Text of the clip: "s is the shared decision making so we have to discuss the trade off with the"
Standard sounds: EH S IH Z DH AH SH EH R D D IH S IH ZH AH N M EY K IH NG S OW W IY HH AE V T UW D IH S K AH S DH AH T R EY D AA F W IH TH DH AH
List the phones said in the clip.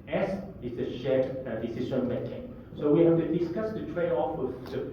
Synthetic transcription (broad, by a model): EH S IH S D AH SH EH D D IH S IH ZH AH N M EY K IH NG S OW W IY HH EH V T UW D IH S K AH S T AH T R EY AA F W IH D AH